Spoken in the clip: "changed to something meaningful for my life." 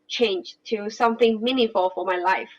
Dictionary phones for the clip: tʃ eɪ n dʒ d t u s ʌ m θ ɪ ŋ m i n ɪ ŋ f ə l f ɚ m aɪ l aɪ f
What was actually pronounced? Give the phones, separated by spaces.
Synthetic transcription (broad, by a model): tʃ eɪ n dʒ t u s ʌ m θ ɪ ŋ m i n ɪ f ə l f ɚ m aɪ l aɪ f